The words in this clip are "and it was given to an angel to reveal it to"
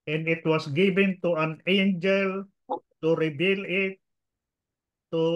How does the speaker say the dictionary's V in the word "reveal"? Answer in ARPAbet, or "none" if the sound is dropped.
B